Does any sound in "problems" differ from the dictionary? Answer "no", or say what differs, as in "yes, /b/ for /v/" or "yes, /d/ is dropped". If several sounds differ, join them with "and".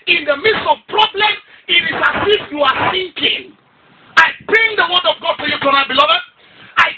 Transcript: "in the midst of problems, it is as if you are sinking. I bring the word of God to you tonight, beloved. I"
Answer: yes, /z/ is dropped